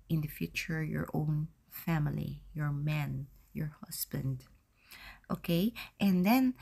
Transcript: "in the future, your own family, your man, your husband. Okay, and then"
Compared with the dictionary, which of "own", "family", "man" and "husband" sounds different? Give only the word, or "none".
husband